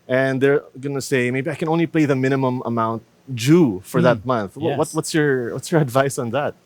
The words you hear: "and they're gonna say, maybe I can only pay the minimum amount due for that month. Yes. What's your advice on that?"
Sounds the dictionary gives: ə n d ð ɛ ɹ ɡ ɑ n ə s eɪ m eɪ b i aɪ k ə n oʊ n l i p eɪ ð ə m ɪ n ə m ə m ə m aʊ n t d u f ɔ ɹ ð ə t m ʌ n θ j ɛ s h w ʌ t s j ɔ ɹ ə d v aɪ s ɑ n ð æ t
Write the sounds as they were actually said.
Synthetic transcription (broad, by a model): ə n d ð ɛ ɹ ɡ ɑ n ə s eɪ m eɪ b i aɪ k ə n oʊ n l i p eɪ ð ə m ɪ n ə m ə m ə m aʊ n t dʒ u f ɔ ɹ ð ə t m ʌ n θ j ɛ s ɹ w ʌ t s j ɔ ɹ ə d v aɪ s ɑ n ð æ t